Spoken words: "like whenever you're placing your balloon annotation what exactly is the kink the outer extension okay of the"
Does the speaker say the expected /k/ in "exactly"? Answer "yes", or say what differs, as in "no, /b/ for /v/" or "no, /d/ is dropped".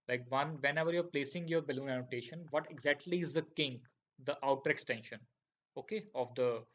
yes